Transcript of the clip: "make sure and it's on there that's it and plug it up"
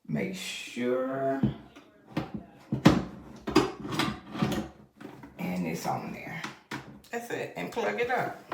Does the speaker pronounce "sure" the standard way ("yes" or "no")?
yes